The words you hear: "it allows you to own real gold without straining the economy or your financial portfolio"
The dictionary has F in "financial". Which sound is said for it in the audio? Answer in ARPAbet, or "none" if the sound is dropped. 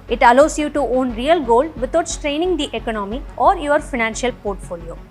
F